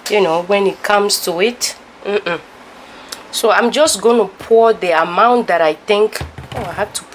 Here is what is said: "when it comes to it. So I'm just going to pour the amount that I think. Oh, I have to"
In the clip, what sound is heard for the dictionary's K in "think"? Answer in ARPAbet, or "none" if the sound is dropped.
K